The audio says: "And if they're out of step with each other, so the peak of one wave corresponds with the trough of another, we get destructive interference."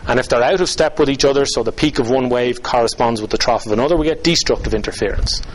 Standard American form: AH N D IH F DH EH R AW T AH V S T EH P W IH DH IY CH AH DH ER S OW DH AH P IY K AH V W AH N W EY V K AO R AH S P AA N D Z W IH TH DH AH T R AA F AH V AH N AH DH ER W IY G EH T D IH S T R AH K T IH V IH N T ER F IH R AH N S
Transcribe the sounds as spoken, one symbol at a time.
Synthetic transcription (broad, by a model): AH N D IH F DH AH R AW T AH V S T EH P W IH DH IY CH AH DH ER S OW DH AH P IY K AH V W AH N W EY V K AO R AH S P AA N D Z W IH DH AH T R AA F AH V AH N AH DH ER W IY G EH T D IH S T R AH K T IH V IH N T ER F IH R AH N S